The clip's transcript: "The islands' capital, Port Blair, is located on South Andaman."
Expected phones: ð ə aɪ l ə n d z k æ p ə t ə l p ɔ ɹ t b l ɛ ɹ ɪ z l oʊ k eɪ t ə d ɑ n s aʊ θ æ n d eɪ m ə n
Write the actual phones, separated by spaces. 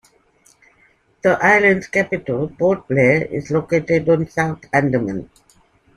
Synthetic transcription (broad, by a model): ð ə aɪ l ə n d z k æ p ə t ə l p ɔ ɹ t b l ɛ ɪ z l oʊ k eɪ t ə d ɑ n s aʊ t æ n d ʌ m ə n